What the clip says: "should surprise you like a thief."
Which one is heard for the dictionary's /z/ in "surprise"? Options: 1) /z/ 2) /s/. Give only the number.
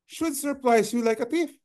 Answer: 2